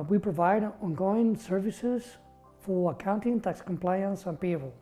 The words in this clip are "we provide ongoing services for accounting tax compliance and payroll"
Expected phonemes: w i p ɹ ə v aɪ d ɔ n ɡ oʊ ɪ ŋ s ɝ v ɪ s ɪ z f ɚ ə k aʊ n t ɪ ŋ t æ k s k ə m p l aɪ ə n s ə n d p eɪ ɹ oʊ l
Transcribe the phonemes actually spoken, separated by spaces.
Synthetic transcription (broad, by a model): w i p ɹ ə v aɪ d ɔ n ɡ oʊ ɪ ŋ s ɝ v ɪ s ɪ z f ɚ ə k aʊ n t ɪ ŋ t æ k s k ə m p l aɪ ə n s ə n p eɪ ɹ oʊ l